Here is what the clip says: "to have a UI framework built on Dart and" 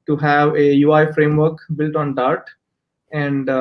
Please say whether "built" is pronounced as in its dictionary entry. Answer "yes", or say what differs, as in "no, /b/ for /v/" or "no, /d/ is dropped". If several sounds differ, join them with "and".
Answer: yes